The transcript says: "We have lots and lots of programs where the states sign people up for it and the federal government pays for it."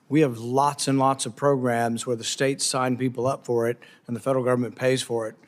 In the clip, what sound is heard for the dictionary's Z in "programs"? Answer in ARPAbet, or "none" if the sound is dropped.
Z